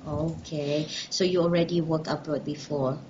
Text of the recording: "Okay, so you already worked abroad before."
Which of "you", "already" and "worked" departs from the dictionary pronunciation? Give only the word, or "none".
worked